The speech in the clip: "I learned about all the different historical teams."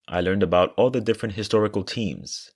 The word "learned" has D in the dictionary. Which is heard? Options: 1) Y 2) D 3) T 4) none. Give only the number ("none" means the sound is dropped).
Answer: 2